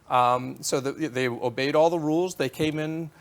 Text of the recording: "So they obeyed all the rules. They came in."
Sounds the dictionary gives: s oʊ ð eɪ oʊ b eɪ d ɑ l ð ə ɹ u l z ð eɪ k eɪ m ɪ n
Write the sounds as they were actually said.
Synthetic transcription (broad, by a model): s oʊ ð eɪ oʊ b eɪ d ɑ l ð ə ɹ u l z ð eɪ k eɪ m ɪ n